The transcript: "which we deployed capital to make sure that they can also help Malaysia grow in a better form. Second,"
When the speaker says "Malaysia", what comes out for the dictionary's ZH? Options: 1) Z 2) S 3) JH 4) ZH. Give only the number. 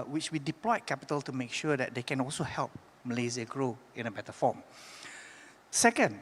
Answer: 1